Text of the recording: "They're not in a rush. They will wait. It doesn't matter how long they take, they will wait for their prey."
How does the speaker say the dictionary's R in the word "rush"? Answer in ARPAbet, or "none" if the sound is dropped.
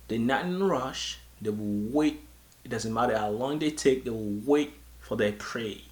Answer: R